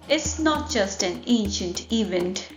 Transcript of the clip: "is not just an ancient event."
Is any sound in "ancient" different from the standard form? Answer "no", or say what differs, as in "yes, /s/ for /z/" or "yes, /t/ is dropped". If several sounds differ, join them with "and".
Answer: no